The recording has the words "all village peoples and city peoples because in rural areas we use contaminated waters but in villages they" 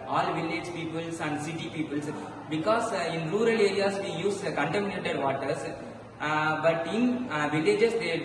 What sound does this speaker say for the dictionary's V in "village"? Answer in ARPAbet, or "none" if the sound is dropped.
V